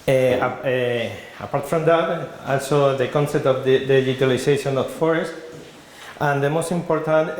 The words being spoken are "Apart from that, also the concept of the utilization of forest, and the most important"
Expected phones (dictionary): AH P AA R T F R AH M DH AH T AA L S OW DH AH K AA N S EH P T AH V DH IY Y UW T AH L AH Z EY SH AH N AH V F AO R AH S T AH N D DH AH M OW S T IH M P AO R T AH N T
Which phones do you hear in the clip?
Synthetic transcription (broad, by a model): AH P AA R T F R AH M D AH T AA L S OW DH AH K AA N S EH P T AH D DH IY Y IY T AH L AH S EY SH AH N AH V F AO R AH S T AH N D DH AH M OW S T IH M P AO R T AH N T